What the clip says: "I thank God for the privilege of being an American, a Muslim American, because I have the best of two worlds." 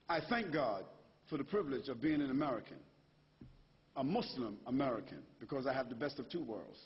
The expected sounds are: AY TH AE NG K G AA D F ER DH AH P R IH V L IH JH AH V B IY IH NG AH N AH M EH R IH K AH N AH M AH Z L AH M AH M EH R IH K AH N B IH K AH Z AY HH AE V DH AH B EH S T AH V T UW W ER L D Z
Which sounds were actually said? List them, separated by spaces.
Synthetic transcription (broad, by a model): AY TH AE NG K G AA D F ER DH AH P R IH V L IH JH AH V B IY IH NG AH N AH M EH R IH K AH N AH M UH S L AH M AH M EH R IH K AH N B IH K AH Z AY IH V DH AH B EH S T AH V T UW W ER L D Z